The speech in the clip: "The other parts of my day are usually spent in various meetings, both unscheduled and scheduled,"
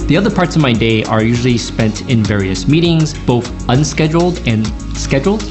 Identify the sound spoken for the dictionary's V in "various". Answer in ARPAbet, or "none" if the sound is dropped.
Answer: V